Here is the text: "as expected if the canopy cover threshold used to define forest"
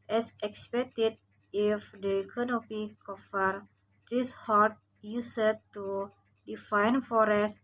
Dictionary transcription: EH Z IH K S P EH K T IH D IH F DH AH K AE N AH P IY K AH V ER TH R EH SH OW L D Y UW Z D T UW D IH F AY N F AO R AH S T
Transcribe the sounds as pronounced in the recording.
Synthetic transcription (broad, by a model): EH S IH K S P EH K T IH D IH F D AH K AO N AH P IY K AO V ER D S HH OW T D Y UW S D T UW D IH F AY N F AO R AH S T